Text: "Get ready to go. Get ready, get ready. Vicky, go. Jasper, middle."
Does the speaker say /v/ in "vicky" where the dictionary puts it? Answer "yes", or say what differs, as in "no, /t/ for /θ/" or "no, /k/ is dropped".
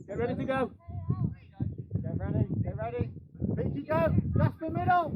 no, /p/ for /v/